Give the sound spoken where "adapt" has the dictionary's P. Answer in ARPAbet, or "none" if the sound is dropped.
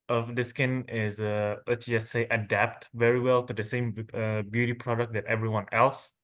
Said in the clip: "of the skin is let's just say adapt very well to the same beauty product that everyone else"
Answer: P